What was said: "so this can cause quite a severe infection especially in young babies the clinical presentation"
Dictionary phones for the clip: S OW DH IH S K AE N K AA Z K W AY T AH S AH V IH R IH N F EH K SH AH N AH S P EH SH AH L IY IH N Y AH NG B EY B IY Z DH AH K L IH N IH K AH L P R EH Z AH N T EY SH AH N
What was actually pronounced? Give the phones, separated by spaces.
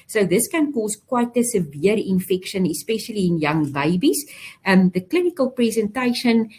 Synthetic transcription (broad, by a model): S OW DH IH S K AE N K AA S K W AY T AH S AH V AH R IH N F EH K SH AH N AH S P EH SH AH L IY IH N Y AH NG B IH B IY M DH AH K L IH N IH K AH L P R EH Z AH N T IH SH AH N